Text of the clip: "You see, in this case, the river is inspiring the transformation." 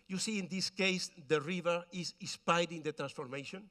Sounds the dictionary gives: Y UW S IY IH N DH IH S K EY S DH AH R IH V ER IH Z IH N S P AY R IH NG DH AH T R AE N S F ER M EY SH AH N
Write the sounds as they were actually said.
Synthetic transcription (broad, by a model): Y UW S IY IH N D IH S K EY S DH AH R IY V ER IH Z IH S P AY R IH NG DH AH T R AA N S F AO M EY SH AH N